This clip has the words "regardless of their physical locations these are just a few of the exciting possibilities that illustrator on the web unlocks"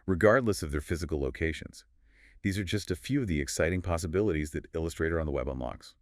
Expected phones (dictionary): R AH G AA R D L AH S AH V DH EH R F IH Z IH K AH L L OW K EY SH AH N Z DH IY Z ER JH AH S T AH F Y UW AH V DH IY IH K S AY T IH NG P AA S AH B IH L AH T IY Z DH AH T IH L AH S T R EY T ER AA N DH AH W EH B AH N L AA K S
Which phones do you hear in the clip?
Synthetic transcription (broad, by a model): R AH G AA R D L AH S AH V DH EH R F IH Z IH K L L OW K EY SH AH N Z DH IY Z ER JH AH S T AH F Y UW AH V DH IY IH K S AY T IH NG P AA S AH B IH L AH T IY Z DH AH T IH L AH S T R EY T ER N DH AH W EH B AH N L AA K S